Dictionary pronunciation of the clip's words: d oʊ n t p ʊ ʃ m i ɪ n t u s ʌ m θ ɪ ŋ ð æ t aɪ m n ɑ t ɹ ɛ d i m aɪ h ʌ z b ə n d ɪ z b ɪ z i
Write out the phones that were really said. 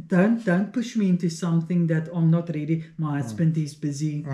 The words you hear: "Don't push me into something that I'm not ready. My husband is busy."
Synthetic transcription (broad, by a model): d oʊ n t p ʊ ʃ m i ɪ n t u s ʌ m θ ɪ ŋ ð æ t aɪ m n ɑ t ɹ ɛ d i m aɪ h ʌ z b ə n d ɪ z b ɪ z i